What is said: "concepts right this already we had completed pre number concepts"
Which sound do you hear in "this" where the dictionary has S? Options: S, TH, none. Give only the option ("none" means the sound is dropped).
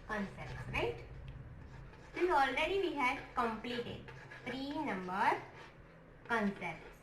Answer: none